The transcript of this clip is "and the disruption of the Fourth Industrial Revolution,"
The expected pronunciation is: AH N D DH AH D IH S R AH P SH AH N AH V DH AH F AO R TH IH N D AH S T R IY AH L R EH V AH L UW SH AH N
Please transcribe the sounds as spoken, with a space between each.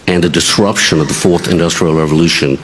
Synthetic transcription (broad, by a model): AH N DH AH D IH S R AH P SH AH N AH V DH AH F AO R TH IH N D AH S T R IY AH L R EH V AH L UW SH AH N